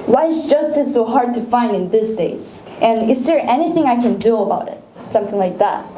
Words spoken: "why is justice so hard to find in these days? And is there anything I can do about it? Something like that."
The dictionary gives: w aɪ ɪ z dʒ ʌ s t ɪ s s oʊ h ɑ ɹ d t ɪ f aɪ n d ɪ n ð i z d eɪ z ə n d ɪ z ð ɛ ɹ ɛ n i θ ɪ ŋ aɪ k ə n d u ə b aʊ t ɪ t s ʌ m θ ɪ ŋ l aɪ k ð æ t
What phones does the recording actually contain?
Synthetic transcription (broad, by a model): w aɪ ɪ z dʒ ʌ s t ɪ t s oʊ h ɑ ɹ d t ɪ f aɪ n d ɪ n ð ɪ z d eɪ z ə n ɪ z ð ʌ ɹ ɛ n i θ ɪ ŋ aɪ k ə n d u ə b aʊ t ɪ t s ʌ m θ ɪ ŋ l aɪ k ð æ t